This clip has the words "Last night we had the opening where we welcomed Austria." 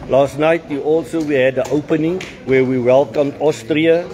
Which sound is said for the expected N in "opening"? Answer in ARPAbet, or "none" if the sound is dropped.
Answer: N